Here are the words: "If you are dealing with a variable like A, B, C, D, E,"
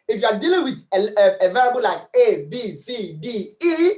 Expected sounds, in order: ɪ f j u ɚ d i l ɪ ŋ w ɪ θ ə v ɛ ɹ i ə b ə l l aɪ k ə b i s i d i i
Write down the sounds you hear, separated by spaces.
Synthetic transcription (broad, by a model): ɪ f j u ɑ d i l ɪ ŋ w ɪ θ ə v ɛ l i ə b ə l l aɪ k ə b i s i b i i